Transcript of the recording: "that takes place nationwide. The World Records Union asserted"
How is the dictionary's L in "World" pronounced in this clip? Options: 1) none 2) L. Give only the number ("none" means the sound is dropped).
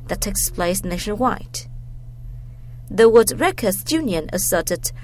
1